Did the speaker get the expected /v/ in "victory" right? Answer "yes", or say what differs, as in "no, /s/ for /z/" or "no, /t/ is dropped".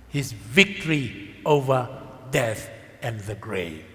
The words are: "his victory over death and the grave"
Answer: yes